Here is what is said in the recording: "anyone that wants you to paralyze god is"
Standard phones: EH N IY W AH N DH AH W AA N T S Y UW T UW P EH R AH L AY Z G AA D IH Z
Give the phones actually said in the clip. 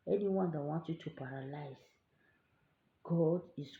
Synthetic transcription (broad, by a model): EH N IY W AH N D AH W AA N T Y UW T UW P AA R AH L AY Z G AA D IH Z